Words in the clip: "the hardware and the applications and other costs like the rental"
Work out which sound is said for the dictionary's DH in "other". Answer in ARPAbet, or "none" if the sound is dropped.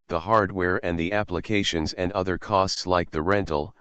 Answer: DH